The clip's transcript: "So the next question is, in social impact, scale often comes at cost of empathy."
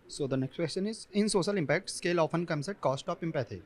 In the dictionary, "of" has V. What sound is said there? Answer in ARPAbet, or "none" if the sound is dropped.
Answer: P